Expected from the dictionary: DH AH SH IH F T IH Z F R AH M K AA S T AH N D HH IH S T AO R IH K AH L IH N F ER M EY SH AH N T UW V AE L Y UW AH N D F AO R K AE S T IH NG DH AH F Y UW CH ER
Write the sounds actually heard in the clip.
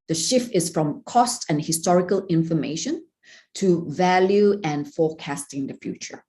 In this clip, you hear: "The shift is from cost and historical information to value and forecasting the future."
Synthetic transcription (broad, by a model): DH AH SH IH F T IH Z F R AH M K AA S T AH N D HH IH S T AO R IH K AH L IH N F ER M EY SH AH N T UW V AE L Y UW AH N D F AO K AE S T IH NG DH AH F Y UW CH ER